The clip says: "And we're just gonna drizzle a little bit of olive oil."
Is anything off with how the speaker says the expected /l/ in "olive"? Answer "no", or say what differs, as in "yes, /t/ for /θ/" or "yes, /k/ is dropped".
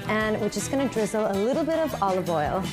no